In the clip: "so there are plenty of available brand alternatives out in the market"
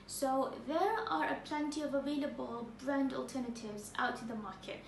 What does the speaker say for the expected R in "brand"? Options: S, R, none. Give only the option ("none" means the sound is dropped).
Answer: R